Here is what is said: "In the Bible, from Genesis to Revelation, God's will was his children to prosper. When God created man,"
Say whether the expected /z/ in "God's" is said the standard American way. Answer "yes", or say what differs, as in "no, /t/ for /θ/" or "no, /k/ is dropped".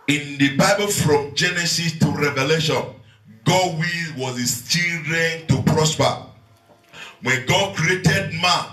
no, /z/ is dropped